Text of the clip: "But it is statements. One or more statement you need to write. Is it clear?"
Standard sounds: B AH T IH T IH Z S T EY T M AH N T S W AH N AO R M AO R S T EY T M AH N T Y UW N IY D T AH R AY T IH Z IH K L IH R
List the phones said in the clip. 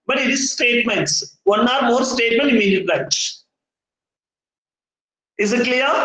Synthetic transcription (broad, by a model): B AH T IH T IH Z S T EY T M AH N T S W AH N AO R M AO R S T EY T M AH N T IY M IY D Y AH L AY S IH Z IH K L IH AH